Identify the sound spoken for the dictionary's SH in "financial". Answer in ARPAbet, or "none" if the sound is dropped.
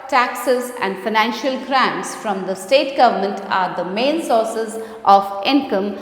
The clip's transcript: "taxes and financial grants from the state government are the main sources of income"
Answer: SH